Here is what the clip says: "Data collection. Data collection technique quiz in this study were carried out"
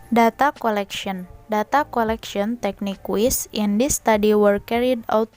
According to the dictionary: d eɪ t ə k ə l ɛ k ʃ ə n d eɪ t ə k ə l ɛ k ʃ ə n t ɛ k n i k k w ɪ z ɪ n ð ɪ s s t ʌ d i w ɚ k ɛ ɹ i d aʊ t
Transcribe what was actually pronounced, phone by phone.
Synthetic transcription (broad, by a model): d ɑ t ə k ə l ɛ k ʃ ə n d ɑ t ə k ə l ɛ k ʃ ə n t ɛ k n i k k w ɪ s ɪ n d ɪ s s t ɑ d i w ɚ k ɛ ɹ i d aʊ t